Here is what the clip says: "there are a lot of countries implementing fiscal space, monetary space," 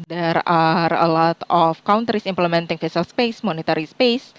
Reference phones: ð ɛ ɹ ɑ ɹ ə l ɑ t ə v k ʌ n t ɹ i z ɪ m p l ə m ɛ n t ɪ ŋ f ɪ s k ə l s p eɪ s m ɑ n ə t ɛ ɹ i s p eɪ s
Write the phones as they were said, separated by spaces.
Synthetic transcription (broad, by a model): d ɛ ɹ ɑ ɹ ə l ɑ t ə f k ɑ n t ɹ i s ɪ m p l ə m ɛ n t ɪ ŋ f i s ə l s p eɪ s m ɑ n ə t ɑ ɹ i s p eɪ s